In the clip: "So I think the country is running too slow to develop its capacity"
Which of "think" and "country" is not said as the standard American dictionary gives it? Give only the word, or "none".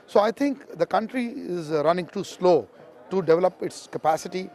think